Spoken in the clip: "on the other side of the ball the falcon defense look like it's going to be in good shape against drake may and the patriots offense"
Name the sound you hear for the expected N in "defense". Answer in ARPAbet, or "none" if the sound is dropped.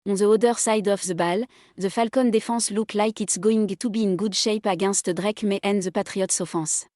none